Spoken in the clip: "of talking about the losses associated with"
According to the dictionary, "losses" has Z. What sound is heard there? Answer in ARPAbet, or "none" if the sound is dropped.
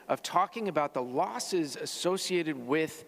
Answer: Z